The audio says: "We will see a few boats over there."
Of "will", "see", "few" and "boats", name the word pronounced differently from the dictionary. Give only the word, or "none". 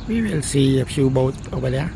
boats